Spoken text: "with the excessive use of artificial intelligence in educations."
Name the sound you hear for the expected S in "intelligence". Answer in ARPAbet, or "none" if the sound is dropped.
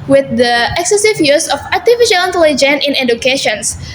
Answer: none